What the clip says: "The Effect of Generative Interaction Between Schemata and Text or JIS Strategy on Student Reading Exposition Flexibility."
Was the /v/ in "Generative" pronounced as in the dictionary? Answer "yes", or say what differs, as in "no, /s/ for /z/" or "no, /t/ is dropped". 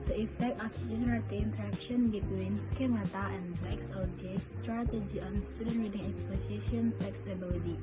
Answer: no, /v/ is dropped